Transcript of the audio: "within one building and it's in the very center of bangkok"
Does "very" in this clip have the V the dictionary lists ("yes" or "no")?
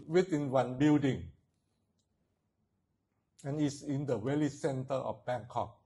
no